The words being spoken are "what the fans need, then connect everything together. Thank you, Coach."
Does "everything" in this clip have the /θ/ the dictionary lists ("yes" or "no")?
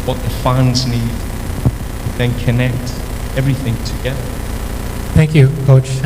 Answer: yes